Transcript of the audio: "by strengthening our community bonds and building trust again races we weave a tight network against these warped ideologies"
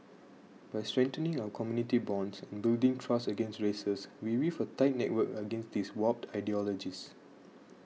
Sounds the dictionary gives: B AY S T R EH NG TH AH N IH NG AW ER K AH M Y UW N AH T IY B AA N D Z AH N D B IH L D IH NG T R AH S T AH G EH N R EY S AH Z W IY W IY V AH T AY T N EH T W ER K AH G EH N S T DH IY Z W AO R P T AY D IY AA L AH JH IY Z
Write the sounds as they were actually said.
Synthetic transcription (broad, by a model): B AY S T R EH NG T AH N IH NG AW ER K AH M Y UW N AH T IY B AA N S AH N B IH L D IH NG T R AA S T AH G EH N R EY S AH S W IY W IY F AH T AY T N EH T W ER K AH G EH N S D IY S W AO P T AY D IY AA L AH JH IY S